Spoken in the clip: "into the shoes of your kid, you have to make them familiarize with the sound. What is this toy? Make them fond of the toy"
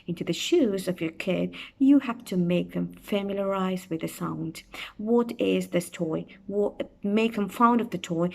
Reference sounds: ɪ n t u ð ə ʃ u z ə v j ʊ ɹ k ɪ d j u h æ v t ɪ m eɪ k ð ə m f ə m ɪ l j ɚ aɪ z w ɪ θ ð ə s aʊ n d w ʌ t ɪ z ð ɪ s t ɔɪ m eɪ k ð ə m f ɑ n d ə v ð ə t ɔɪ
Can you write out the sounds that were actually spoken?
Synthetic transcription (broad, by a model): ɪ n t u ð ə ʃ u z ə v j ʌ ɹ k ɪ d j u h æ f t ɪ m eɪ k ð ə m f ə m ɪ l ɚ aɪ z w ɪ ð ə s aʊ n d w ʌ t ɪ z ð ɪ s t ɔɪ m eɪ k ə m f ɑ n d ə v ð ə t ɔɪ